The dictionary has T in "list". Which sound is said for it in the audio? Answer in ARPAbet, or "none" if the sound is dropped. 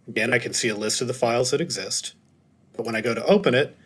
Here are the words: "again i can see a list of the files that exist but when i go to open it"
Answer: T